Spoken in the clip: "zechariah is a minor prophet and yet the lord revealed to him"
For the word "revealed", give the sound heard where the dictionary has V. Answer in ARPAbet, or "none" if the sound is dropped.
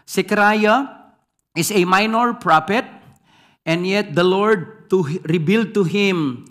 B